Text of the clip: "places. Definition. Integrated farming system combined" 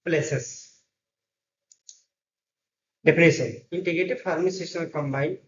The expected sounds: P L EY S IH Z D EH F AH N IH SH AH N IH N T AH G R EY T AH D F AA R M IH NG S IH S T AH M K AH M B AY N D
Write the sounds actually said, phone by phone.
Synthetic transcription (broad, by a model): P L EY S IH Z D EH P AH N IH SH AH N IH N T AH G R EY T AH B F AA R M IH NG S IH S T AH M K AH M B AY N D